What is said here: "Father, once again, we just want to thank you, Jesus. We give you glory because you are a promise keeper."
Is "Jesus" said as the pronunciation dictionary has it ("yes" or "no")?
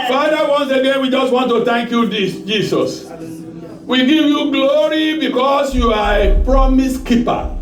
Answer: no